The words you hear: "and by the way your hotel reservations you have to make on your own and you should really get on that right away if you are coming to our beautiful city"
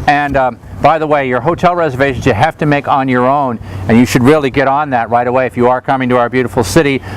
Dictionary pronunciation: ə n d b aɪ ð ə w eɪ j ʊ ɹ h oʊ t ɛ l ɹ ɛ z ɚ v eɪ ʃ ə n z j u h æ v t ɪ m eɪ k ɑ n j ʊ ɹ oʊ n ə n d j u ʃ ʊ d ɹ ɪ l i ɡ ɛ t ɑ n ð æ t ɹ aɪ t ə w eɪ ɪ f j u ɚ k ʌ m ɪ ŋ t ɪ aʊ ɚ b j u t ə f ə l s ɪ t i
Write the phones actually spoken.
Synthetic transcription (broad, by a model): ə n b aɪ ð ə w eɪ j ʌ ɹ h oʊ t ɛ l ɹ ɛ z ɚ v eɪ ʃ n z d h æ f t ɪ m eɪ k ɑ n j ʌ ɹ oʊ n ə n j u ʃ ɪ d ɹ ɪ l i ɡ ɛ t n ð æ t ɹ aɪ t ə w eɪ ɪ f j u ɚ k ʌ m ɪ ŋ t ɪ aʊ ɚ b j u t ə f l s ɪ t i